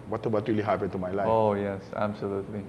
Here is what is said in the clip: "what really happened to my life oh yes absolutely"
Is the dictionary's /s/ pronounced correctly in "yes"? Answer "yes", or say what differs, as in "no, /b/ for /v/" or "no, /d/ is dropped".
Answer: yes